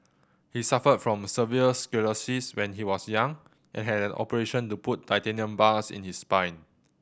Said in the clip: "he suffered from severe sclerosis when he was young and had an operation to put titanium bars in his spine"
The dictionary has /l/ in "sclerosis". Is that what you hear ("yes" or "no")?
no